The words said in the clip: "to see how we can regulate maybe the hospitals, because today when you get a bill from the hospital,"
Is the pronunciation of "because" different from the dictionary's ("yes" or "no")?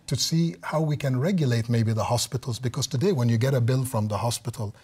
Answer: no